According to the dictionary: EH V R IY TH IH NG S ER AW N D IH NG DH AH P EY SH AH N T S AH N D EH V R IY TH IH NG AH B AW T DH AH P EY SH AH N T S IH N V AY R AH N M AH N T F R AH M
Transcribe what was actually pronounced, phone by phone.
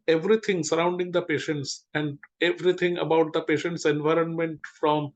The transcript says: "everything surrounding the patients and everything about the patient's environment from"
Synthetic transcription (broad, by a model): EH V R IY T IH NG S ER AW N D IH NG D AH P EY SH AH N T S AH N D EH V R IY T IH NG AH B AW T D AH P EY SH AH N T S IH N V AY R AH N M AH N T F R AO M